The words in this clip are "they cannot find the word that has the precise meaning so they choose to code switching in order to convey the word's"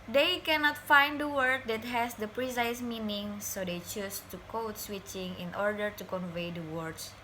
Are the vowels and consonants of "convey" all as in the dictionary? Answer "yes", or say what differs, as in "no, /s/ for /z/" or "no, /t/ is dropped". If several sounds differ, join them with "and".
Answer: yes